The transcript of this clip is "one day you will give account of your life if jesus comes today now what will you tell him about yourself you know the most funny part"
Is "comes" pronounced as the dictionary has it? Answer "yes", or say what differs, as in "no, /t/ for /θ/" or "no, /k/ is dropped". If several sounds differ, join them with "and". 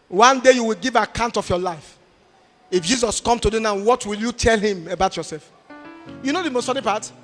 no, /z/ is dropped